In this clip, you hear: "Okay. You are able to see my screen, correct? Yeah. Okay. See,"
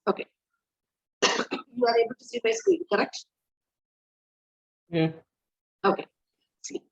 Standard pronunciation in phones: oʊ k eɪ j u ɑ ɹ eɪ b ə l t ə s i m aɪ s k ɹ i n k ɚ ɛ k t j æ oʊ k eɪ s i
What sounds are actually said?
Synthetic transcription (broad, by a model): oʊ k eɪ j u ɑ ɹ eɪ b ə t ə s i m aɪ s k i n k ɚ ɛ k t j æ oʊ k eɪ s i